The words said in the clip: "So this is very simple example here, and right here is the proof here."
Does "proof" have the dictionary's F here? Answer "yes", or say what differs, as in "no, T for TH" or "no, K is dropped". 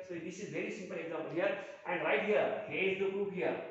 no, P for F